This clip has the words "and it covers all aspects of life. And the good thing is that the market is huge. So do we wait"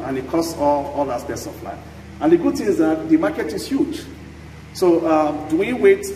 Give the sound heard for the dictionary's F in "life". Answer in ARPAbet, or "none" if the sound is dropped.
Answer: none